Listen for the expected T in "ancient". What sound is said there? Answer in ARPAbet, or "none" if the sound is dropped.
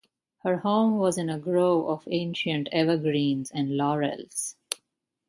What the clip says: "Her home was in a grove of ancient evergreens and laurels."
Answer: T